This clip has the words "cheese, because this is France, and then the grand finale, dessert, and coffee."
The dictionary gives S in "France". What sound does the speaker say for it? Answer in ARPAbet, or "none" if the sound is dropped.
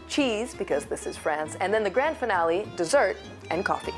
S